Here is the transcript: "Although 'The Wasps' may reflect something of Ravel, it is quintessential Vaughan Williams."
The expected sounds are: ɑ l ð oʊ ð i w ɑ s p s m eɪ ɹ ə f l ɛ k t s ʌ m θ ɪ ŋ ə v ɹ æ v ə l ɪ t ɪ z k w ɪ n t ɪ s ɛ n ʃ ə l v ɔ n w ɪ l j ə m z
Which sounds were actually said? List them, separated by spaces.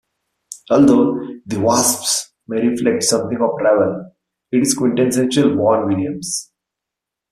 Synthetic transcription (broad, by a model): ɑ l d oʊ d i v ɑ s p s m eɪ ɹ ə f l ɛ k t s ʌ m t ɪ ŋ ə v ɹ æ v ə l ɪ t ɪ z k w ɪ n t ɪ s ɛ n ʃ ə l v ɔ n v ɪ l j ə m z